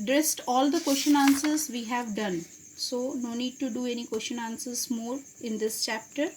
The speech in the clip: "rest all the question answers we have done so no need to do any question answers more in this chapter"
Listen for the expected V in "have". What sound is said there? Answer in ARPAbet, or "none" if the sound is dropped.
V